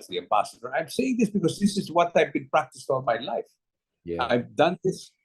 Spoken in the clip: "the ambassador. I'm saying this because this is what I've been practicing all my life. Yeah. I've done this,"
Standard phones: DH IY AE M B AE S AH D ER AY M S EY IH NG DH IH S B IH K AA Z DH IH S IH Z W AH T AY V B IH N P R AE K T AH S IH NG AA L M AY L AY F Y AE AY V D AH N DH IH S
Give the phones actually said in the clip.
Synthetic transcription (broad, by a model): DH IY AE M B AE S AH D ER AY M S EY IH NG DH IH S B IH K AA Z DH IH S IH Z W AH T AY V B IH N P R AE K T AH S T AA N M AY L AY F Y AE AY V D AH N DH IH S